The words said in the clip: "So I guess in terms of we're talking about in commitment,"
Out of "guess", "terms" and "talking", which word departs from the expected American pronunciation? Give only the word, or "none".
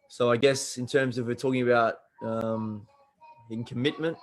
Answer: none